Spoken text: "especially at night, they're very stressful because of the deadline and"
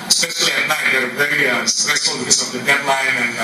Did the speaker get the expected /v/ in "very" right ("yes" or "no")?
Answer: no